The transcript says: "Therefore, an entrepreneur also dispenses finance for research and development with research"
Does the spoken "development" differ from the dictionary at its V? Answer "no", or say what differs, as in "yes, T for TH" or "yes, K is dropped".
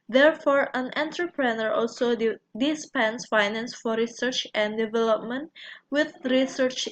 no